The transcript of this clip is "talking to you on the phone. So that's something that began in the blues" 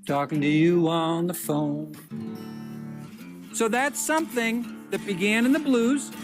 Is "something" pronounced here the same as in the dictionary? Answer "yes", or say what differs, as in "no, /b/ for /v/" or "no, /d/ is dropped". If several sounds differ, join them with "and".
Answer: yes